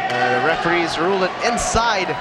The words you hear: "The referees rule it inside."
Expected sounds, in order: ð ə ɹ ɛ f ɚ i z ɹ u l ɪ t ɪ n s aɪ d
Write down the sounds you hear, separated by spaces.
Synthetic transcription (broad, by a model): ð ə ɹ ɛ f ɚ i z ɹ u l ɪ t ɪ n s aɪ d